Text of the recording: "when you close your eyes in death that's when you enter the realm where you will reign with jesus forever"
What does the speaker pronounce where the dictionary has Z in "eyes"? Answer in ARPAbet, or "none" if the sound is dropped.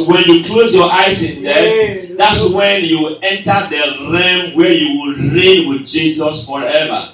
S